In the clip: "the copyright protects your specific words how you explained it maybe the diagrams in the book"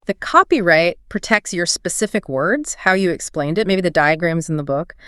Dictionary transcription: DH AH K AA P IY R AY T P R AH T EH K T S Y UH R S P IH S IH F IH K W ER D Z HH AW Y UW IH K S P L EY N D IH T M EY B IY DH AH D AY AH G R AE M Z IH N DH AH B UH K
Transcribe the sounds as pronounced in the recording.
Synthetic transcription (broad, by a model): DH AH K AA P IY R AY T P R AH T EH K T S Y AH R S P IH S IH F IH K W ER D Z HH AW Y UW IH K S P L EY N D IH T M EY B IY DH AH D AY AH G R AE M Z N DH AH B UH K